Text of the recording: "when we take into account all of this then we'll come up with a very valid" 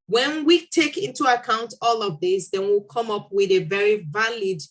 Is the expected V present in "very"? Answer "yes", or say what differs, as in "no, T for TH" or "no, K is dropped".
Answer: yes